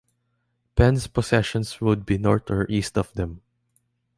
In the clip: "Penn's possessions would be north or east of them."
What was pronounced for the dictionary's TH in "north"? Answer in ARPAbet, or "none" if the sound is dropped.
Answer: T